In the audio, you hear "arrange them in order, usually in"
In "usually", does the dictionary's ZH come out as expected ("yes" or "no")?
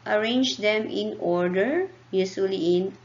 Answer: no